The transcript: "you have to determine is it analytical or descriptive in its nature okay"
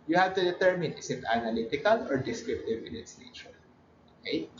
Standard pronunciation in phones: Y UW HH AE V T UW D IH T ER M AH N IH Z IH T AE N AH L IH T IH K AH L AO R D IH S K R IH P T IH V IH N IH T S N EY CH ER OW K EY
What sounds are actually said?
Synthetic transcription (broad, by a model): Y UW HH AE V T UW D IH T ER M AH N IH S IH T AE N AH L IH T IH K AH L AO R D IH S K R IH P T IH V IH N IH T S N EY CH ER OW K EY